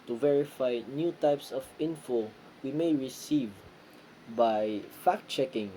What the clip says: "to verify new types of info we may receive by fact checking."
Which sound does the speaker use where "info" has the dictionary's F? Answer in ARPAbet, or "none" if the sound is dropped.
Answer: F